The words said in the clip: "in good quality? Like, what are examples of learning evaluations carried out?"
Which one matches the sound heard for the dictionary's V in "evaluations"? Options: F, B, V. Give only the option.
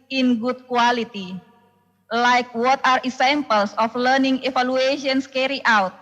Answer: F